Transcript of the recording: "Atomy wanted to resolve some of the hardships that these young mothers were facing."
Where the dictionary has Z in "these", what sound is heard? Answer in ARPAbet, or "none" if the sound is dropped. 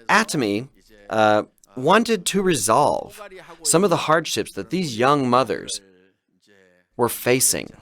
Z